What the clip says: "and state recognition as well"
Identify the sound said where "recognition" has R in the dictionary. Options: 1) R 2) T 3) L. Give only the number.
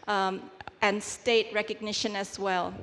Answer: 1